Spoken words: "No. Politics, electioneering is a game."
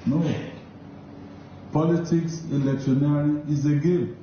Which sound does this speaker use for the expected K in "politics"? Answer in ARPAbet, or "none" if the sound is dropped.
K